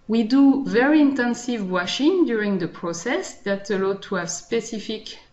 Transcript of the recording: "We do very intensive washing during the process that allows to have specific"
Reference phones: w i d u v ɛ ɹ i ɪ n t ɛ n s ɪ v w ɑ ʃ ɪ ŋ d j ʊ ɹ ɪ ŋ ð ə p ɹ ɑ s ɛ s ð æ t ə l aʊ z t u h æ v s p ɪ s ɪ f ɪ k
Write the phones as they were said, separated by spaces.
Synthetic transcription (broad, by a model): w i d u v ɛ ɹ i ɪ n t ɛ n s ɪ v w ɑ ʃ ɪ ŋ d j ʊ ɹ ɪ ŋ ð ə p ɹ ɑ s ɛ s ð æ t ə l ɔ t u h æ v s p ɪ s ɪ f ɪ k